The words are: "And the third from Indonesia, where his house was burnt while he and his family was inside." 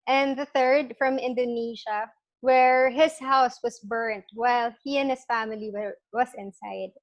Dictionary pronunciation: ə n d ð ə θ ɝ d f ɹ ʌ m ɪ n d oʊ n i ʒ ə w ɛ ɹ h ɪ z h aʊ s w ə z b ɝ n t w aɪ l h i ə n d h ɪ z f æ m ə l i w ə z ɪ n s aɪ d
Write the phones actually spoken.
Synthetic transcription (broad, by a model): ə n ð ə θ ɝ d f ɹ ʌ m ɪ n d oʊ n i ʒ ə w ɛ ɹ h ɪ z h aʊ s w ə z b ɝ n t w aɪ l h i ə n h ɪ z f æ m ə l i w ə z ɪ n s aɪ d